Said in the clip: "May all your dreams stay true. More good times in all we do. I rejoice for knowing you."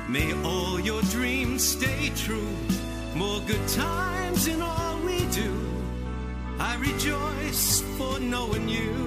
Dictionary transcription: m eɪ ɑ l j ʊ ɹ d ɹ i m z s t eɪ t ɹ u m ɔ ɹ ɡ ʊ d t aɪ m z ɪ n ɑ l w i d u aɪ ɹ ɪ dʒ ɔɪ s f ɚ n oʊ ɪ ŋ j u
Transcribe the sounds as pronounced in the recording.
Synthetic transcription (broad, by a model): m eɪ ɑ l j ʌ ɹ d ɹ i m z s t eɪ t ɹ u m ɔ ɹ ɡ ʊ d t aɪ m z ɪ n ɑ l w i d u aɪ ɹ ɪ dʒ ɔɪ s f ɚ n oʊ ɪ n j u